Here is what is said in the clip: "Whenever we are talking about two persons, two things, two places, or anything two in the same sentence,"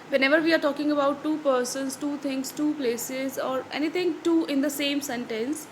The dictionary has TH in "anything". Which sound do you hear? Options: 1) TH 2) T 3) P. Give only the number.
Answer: 2